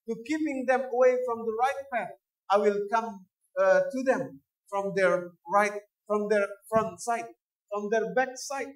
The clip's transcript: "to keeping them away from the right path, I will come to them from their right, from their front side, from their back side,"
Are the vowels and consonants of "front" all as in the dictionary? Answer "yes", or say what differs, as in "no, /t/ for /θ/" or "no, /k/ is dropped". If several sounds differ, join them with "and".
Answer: yes